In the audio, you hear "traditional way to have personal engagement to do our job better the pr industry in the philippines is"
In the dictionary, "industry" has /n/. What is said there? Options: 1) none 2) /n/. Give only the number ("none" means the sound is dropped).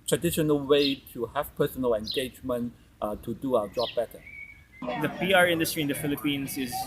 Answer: 2